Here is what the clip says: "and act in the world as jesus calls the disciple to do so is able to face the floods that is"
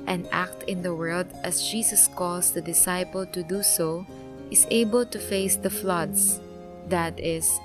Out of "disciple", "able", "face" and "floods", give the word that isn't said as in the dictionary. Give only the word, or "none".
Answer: floods